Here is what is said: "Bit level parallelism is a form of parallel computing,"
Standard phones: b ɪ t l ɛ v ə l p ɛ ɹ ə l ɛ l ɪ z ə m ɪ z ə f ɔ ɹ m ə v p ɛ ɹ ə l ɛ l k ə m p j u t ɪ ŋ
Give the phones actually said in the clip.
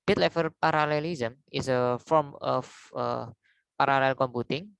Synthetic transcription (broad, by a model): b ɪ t l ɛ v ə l p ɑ ɹ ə l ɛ l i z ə m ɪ s ə f ɔ ɹ m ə f p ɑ ɹ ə l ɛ l k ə m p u t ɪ ŋ